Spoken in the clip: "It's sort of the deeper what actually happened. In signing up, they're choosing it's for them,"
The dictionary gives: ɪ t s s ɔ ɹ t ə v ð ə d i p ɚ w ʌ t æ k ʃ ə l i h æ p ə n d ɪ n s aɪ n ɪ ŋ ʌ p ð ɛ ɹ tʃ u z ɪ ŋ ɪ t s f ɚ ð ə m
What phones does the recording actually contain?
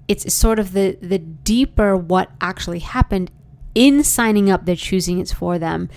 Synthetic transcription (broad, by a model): ɪ t s s ɔ ɹ t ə v ð ə d i p ɚ w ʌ t æ k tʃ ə l i h æ p ə n d ɪ n s aɪ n ɪ ŋ ʌ p ð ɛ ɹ tʃ u z ɪ ŋ ɪ t s f ɚ ð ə m